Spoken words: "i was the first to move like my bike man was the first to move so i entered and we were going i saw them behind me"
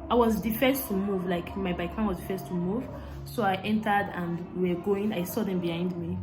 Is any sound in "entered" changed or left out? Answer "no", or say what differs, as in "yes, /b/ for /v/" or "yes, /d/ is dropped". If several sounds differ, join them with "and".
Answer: no